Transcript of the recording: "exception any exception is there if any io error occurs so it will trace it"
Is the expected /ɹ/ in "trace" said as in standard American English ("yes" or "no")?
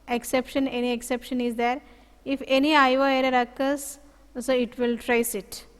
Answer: yes